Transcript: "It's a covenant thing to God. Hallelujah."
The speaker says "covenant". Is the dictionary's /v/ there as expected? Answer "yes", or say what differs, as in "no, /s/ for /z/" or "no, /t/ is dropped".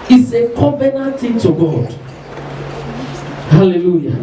no, /b/ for /v/